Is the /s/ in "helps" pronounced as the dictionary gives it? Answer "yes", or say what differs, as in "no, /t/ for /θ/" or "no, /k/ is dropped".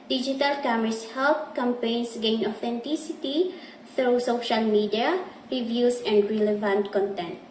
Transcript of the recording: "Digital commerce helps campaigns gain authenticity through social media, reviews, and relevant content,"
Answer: no, /s/ is dropped